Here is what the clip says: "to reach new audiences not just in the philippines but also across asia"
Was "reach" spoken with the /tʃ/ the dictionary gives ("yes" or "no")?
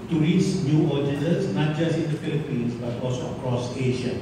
no